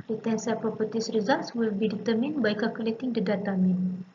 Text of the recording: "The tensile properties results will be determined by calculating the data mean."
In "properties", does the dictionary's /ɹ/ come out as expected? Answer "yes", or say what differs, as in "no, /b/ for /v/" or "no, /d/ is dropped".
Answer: no, /ɹ/ is dropped